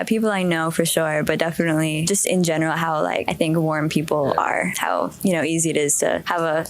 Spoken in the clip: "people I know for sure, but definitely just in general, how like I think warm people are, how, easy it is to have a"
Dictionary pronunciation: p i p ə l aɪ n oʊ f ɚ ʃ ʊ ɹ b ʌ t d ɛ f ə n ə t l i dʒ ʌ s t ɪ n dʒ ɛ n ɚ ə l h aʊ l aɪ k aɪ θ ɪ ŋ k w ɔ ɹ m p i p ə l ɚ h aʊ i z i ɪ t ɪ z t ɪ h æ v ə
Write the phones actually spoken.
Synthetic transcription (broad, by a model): p i p l aɪ n oʊ f ɚ ʃ ʊ ɹ b ʌ t d ɛ f ə n ə t l i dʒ ʌ s t ɪ n dʒ ɛ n ɚ l h aʊ l aɪ k aɪ θ ɪ ŋ k w ɔ ɹ m p i p l ɚ h aʊ i z i ɪ t ɪ z t ɪ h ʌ v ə